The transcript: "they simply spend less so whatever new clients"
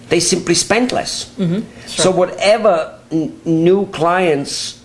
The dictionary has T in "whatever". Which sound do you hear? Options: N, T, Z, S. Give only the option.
T